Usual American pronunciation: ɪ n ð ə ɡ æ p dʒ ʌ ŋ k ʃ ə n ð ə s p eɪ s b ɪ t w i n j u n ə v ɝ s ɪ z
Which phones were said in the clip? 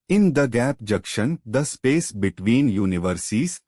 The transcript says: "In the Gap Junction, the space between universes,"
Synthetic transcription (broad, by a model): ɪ n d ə ɡ æ p dʒ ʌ k ʃ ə n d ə s p eɪ s b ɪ t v i n j u n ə v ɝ s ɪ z